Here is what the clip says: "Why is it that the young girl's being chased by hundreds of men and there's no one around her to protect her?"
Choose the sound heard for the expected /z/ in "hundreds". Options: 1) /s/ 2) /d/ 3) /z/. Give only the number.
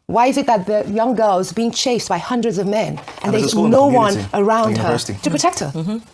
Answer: 3